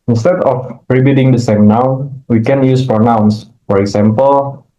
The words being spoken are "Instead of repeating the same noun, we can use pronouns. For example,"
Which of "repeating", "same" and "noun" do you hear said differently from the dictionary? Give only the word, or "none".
repeating